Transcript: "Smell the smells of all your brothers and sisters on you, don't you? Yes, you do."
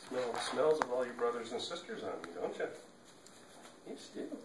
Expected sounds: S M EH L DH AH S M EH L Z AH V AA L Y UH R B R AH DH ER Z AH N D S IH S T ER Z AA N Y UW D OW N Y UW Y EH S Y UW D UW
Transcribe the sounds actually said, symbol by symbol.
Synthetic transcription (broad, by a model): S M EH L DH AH S M EH L Z AH V AA L Y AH R B R AH DH ER Z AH N S IH S T ER Z N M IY D OW N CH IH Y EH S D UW